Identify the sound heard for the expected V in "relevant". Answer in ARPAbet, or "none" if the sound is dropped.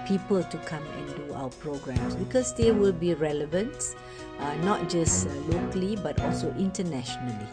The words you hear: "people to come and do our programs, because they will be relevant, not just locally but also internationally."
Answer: V